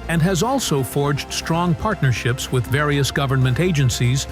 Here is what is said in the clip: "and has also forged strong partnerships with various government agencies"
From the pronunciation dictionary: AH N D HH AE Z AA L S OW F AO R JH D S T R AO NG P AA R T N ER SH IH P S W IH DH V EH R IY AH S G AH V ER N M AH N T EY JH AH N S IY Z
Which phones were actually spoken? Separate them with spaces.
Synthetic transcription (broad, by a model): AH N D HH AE Z AA L S OW F AO R JH D S T R AO NG P AA R T N ER SH IH P S W IH DH V EH R IY AH S G AH V ER N M AH N T EY JH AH N S IY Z